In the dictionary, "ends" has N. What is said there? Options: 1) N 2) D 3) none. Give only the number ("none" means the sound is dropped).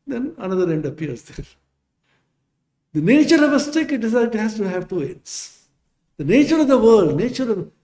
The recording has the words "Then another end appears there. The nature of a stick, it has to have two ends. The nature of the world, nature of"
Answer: 3